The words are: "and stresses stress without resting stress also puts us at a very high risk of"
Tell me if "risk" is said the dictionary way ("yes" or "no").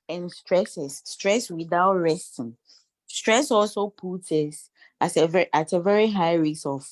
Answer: no